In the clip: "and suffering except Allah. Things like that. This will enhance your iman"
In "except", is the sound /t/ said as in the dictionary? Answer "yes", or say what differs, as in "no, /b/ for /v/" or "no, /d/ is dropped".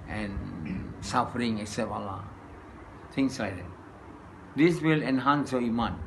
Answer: no, /t/ is dropped